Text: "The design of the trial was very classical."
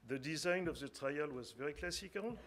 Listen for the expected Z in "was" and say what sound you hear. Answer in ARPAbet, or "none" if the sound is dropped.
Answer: Z